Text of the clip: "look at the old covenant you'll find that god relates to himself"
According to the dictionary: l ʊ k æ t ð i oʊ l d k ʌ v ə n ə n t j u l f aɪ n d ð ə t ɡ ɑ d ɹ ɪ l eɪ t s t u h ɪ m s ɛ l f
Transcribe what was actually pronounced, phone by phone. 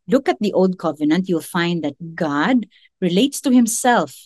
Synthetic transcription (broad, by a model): l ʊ k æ t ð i oʊ l d k ʌ v ə n ə n t j u l f aɪ n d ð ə t ɡ ɑ d ɹ ɪ l eɪ t s t u h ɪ m s ɛ l f